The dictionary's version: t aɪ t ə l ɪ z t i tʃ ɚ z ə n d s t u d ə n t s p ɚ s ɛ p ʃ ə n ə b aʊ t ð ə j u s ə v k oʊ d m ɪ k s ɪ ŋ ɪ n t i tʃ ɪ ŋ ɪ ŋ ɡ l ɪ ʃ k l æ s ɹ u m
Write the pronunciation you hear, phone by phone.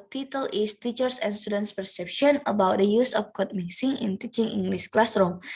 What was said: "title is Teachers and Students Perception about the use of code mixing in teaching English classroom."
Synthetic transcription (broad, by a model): t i t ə l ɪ s t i tʃ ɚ s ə n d s t u d ə n t s p ɚ s ɛ p ʃ ə n ə b aʊ t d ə j u s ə f k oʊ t m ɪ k s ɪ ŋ ɪ n t i tʃ ɪ ŋ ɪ ŋ ɡ l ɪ s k l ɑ s ɹ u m